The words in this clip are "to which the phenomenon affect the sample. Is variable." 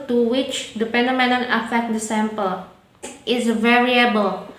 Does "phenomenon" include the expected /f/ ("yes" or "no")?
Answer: no